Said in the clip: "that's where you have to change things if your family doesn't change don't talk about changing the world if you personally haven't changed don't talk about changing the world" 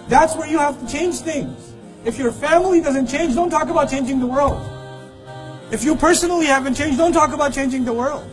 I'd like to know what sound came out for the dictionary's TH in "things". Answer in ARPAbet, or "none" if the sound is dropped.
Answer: TH